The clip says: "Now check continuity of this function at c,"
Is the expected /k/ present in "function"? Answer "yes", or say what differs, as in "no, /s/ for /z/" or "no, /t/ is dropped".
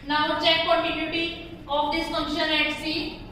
no, /k/ is dropped